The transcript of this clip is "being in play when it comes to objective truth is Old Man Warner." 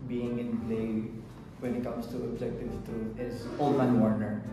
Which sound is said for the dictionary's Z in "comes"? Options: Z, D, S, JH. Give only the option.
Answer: S